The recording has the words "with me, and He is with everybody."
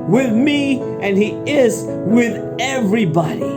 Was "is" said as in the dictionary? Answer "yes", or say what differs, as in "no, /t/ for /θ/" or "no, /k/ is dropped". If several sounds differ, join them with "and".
yes